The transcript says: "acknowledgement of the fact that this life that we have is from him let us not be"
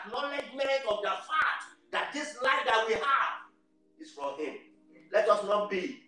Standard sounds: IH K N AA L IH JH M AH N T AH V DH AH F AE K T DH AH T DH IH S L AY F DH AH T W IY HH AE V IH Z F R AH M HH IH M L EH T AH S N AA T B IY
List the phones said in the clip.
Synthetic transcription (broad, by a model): N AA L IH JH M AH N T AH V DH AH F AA T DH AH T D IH S L AY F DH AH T W IY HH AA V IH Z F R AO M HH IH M L EH T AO S N AA T B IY